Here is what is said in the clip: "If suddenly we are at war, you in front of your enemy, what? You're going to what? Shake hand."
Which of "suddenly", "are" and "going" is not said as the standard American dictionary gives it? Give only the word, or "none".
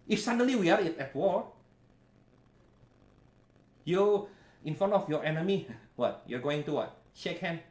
suddenly